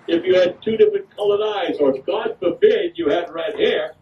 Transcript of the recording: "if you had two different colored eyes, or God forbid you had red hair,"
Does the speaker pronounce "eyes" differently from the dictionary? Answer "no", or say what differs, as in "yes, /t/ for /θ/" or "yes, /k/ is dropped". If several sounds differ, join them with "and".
no